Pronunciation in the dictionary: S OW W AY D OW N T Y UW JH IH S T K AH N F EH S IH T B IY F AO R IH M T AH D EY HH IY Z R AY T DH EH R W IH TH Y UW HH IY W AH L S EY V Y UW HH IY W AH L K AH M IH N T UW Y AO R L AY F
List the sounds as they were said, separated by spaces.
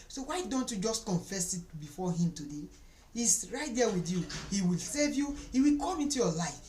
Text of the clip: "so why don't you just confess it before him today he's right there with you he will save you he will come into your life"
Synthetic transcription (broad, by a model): S OW W AY D OW N T Y UW JH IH S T K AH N F EH S IH T B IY F AO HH IH M T AH D EY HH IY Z R AY T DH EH W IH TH Y UW HH IY W AH L S EY V Y UW HH IY W AH L K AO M IH N T UW Y AO L AY F